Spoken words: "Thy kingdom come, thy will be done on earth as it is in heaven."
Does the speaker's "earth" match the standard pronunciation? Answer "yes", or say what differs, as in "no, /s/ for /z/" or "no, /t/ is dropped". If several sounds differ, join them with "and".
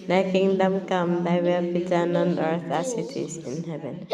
no, /t/ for /θ/